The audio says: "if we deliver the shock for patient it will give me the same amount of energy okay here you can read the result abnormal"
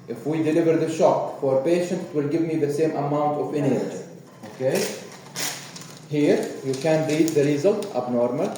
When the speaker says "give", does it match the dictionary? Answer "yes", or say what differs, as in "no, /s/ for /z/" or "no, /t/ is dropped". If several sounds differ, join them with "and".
yes